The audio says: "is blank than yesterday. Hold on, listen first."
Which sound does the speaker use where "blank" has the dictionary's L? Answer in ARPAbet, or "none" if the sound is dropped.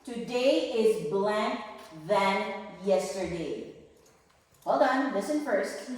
L